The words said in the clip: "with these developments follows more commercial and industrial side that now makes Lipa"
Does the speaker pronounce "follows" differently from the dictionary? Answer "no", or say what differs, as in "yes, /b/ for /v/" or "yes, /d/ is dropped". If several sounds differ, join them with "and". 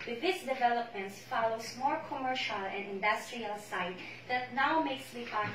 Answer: yes, /s/ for /z/